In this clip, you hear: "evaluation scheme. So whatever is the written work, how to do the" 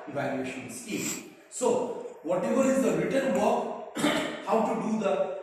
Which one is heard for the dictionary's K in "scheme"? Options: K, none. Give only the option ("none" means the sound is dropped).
none